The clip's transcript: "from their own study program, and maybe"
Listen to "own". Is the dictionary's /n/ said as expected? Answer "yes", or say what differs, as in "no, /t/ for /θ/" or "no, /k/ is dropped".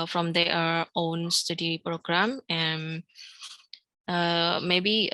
yes